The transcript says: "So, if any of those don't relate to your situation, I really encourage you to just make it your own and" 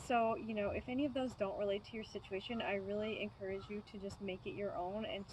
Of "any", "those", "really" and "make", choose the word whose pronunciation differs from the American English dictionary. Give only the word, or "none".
none